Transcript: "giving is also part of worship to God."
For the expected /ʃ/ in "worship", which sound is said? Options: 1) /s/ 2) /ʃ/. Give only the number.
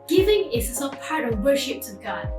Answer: 2